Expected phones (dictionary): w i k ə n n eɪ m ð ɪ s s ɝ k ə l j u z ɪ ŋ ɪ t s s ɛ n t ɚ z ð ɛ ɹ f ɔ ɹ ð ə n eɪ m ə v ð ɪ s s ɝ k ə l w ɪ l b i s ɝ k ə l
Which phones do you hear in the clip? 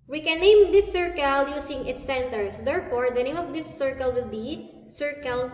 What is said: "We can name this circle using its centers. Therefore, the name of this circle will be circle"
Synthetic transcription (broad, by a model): w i k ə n n eɪ m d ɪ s s ɝ k ə l j u s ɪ ŋ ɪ t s s ɛ n t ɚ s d ɛ ɹ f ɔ ɹ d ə n eɪ m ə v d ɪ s s ɝ k ə l w ɪ l b i s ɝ k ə l